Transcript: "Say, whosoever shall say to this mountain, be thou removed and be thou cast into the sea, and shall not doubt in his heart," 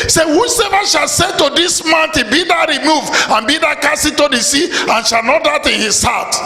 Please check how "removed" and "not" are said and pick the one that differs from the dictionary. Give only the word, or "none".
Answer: removed